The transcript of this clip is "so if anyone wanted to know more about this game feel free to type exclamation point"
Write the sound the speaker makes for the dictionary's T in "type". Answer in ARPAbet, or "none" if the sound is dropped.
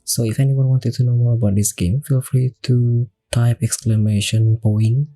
T